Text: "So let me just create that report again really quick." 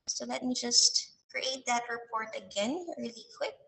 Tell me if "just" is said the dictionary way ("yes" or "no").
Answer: yes